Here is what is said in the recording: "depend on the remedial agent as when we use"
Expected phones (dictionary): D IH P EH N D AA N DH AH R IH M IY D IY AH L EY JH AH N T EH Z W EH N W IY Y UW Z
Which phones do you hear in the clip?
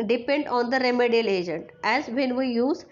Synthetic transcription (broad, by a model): D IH P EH N D AA N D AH R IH M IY D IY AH L EY JH AH N T EH Z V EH N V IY Y UW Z